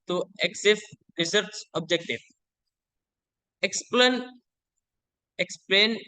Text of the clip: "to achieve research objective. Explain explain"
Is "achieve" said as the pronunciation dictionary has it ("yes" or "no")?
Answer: no